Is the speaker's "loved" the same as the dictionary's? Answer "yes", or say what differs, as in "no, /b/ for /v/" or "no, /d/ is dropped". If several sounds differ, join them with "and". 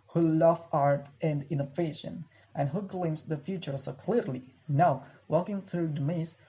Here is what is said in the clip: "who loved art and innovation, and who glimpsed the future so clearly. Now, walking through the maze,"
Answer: no, /d/ is dropped